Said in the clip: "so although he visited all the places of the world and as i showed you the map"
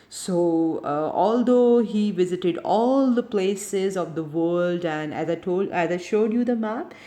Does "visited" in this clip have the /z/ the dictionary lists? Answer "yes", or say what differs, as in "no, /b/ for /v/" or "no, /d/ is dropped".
yes